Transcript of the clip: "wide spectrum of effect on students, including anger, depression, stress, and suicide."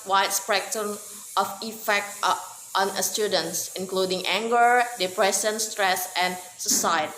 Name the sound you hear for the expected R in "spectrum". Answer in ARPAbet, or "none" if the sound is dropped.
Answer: none